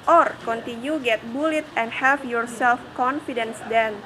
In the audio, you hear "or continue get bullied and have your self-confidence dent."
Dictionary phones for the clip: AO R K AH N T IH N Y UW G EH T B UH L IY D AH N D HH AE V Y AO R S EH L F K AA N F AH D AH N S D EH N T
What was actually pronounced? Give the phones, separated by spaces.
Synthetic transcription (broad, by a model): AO R K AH N T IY N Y UW G EH T B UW L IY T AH N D HH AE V Y AO R S EH L F K AA N F AH D AH N S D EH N